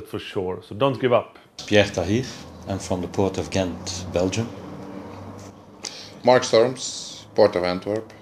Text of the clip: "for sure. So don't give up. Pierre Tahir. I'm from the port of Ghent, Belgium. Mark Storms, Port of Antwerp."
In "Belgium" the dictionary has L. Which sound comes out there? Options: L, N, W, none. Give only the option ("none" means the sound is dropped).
L